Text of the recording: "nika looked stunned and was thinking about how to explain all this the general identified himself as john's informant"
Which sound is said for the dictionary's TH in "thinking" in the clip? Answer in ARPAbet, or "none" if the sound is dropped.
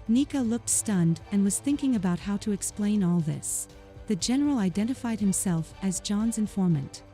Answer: TH